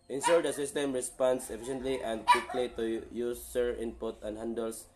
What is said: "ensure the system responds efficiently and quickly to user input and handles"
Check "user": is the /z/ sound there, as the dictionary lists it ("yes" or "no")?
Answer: no